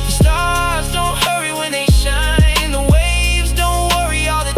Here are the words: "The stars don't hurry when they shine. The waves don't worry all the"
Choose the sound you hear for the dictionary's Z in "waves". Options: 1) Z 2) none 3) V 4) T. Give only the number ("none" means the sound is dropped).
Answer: 1